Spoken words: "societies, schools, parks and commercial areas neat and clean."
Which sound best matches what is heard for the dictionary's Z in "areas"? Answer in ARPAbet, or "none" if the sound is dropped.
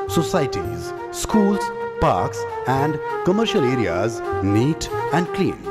Z